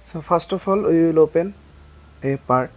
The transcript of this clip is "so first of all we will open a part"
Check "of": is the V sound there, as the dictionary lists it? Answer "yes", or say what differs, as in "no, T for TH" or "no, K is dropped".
no, P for V